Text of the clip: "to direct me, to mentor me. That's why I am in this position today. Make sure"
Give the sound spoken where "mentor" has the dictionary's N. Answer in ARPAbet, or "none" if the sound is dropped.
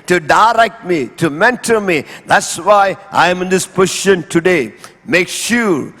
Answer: N